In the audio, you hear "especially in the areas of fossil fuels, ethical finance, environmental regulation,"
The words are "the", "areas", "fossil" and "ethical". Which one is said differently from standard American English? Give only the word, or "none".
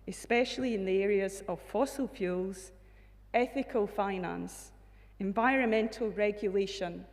none